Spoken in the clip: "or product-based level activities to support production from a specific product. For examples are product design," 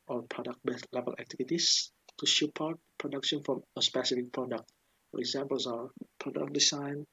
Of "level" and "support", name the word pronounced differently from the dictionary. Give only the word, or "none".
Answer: support